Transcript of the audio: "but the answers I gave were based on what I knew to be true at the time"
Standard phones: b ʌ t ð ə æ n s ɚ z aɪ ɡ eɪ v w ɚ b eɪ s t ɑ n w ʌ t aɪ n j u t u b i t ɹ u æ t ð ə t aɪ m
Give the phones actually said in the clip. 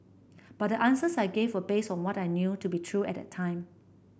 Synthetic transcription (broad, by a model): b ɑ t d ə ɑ n s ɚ s aɪ ɡ eɪ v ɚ b eɪ s ɑ n w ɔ t aɪ n j u t u b i t ɹ u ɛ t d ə t aɪ m